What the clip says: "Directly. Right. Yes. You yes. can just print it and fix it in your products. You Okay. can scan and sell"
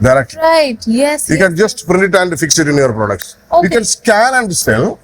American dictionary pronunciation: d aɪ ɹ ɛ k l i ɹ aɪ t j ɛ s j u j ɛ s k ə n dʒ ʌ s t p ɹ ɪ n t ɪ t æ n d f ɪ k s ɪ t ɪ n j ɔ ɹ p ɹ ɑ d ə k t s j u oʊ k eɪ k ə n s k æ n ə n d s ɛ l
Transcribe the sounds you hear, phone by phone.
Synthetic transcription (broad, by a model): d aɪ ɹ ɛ k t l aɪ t j ɛ s j u k ə n dʒ ʌ s t p ɹ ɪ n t ɪ t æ n d f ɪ k s ɪ t ɪ n j ɔ ɹ p ɹ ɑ d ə k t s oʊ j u k ə n s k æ l ə n d s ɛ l